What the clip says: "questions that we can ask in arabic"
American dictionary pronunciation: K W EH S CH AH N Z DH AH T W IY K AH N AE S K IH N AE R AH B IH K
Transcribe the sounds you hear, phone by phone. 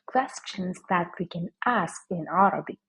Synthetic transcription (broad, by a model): K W EH S CH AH N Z DH AH T W IY K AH N AE S K IH N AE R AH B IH